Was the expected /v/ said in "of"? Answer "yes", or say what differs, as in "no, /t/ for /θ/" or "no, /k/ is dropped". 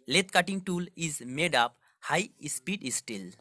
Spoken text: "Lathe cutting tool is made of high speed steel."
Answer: no, /p/ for /v/